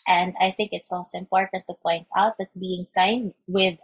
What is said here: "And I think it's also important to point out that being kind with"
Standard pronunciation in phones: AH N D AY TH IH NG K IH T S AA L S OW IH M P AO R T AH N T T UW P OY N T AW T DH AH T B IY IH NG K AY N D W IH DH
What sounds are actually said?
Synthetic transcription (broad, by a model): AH N D AY TH IH NG K IH T S AA L S OW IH M P AO R T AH N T T UW P OY N T AW T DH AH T B IY IH NG K AY N D W IH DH